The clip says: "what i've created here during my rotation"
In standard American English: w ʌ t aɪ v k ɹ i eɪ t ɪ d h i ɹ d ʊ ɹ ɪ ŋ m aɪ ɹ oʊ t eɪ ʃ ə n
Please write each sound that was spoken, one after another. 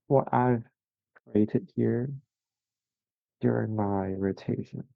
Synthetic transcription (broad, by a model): w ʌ t aɪ v k ɹ i eɪ t ɪ d h i ɹ d ʊ ɹ ɪ ŋ m aɪ ɹ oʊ t eɪ ʃ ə n